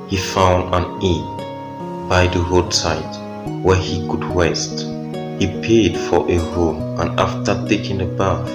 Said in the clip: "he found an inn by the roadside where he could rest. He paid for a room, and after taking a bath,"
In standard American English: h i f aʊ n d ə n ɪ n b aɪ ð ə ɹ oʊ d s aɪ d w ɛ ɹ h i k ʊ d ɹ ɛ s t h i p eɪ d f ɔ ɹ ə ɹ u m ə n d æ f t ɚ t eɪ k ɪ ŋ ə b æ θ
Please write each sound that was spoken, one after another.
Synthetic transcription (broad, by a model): h i f aʊ n d ə n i b aɪ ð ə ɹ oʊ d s aɪ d w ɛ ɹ h i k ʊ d w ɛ s t h i p eɪ d f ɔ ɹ ə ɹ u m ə n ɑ f t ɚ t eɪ k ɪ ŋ ə b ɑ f